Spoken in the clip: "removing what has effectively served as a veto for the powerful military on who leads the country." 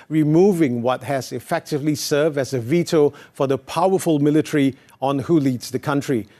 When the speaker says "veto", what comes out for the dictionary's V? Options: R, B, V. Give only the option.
V